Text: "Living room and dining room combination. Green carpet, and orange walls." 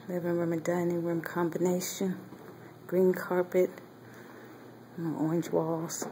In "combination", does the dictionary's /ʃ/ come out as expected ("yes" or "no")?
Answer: yes